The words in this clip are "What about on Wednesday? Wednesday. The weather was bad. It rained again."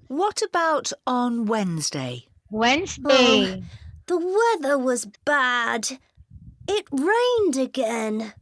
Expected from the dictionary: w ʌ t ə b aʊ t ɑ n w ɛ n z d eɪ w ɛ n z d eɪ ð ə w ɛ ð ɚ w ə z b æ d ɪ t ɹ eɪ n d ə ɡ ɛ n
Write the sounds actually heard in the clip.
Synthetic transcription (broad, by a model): w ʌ t ə b aʊ t n w ɛ n z d eɪ w ɛ n z d eɪ ð ə w ɛ ð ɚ w ə z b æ d ɪ t ɹ eɪ n d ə ɡ ɛ n